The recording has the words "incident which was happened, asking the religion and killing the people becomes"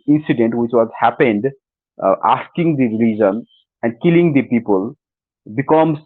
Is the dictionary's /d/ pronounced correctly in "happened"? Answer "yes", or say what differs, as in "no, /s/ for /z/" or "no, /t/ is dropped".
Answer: yes